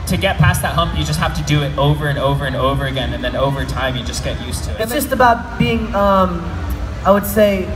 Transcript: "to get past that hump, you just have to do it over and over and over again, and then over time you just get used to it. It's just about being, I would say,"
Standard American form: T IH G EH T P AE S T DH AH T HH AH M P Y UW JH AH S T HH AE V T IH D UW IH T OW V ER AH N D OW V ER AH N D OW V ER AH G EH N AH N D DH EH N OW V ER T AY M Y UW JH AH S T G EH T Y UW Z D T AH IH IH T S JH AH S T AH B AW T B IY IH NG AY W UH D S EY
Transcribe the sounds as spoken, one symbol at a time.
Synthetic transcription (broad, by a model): T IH G EH T P AE S DH AH T HH AH M P Y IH JH AH S T HH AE F T IH D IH IH T OW V ER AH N OW V ER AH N OW V ER AH G EH N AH N DH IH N OW V ER T AY M Y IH JH AH S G EH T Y UW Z T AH IH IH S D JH AH S T AH B AW T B IY IH NG AY W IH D S EY